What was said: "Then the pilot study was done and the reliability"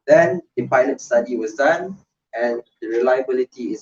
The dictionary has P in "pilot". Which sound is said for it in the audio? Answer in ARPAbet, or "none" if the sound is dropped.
P